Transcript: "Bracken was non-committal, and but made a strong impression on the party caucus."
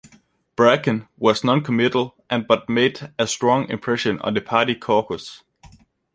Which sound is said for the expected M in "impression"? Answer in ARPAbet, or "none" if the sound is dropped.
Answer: M